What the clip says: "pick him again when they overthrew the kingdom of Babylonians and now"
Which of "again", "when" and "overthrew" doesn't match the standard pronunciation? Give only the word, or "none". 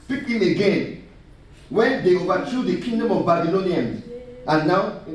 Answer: overthrew